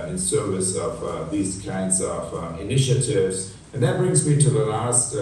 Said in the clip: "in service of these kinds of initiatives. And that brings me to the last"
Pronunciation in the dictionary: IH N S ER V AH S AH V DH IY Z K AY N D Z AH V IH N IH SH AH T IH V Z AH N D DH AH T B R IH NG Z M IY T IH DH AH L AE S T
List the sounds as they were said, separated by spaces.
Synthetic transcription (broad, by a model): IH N S ER V AH S AH V DH IY Z K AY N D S AH V IH N IH SH AH T IH V Z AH N DH AH T B R IH NG Z M IY T IH DH AH L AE S T